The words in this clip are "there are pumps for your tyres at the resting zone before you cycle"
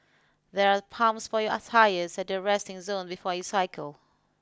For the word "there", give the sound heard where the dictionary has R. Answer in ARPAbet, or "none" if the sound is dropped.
R